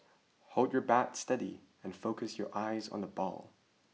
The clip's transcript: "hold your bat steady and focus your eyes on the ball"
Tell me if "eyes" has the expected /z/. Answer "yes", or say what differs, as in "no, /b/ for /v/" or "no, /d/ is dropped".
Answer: yes